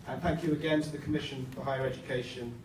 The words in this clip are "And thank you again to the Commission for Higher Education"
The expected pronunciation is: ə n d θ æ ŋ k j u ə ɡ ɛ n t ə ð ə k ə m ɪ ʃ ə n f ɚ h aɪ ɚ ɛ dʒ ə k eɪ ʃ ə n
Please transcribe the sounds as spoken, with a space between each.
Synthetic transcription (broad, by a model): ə n θ æ ŋ k j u ə ɡ ɛ n t ə ð ə k ə m ɪ ʃ ə n f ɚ h aɪ ɚ ɛ dʒ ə k eɪ ʃ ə n